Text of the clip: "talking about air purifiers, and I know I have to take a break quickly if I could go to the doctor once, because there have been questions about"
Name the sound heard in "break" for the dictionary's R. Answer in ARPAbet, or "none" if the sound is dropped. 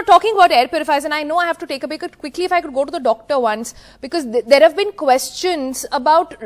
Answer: none